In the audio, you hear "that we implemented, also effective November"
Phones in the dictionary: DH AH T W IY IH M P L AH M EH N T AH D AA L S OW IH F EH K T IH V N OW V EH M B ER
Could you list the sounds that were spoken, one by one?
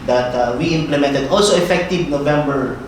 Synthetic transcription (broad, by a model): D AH T W IY IH M P L AH M EH N T AH D AA L S OW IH F EH K T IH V N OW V EH M B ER